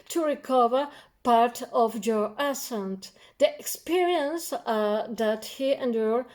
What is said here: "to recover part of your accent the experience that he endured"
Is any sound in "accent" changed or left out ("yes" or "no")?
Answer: yes